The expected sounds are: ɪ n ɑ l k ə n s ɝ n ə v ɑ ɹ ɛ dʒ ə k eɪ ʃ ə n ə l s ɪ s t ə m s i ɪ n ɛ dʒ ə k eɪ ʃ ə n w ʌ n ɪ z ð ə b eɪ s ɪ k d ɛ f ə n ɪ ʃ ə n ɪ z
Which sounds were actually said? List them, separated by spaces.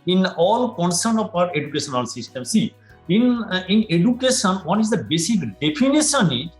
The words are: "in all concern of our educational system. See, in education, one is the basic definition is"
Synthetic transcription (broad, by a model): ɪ n ɑ l k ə n s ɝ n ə p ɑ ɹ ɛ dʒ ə k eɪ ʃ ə n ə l s ɪ s t ə m s i ɪ n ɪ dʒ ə k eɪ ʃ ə n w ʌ n ɪ z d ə b eɪ s ɪ k d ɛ p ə n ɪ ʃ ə n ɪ